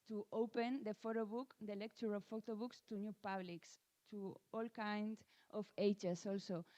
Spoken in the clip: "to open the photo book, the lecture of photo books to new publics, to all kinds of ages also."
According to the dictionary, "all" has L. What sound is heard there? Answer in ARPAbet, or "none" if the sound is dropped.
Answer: L